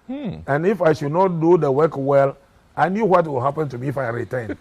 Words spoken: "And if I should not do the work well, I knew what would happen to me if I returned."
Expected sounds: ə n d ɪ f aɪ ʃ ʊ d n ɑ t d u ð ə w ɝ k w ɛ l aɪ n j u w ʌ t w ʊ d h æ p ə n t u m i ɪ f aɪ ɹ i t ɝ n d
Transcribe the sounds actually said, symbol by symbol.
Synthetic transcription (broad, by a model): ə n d ɪ f aɪ ʃ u d n ɑ t d u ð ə w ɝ k w ɛ l aɪ n j u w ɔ t w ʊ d h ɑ p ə n t u m i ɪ f aɪ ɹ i t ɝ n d